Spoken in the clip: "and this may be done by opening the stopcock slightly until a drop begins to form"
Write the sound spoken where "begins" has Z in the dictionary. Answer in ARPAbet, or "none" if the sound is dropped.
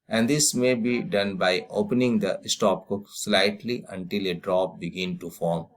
none